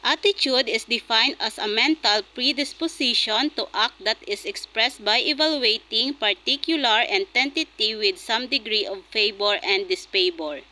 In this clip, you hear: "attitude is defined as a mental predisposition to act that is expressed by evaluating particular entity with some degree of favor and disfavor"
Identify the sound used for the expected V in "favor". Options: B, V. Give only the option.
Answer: B